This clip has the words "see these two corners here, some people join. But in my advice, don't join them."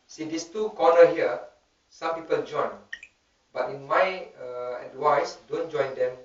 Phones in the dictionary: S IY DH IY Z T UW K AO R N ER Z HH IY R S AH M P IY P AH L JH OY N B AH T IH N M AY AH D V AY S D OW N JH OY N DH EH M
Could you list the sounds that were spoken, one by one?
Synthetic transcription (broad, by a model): S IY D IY S T UW K AO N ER HH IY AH S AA M P IY P AH L JH OY N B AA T IH N M AY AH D W AY S D OW N JH OY N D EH M